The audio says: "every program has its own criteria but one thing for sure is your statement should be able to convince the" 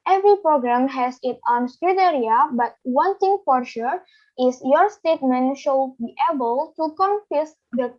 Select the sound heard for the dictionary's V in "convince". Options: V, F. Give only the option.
F